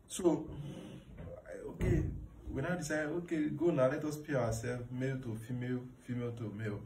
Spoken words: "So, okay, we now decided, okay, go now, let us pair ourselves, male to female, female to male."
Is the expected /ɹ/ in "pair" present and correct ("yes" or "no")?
no